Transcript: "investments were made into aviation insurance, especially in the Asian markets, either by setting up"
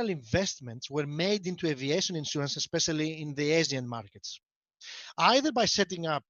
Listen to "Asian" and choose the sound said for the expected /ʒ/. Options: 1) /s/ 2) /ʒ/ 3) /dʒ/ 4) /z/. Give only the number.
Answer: 4